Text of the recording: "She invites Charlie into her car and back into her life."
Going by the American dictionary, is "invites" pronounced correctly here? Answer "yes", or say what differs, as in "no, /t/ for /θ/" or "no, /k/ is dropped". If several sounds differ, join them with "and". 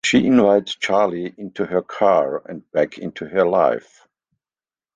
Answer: no, /s/ is dropped